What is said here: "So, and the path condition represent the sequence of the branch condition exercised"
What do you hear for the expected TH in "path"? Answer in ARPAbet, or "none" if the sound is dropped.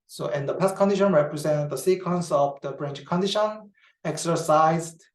S